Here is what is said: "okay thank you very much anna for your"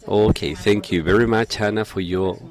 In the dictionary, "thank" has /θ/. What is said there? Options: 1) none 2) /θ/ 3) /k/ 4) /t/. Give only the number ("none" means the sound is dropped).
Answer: 2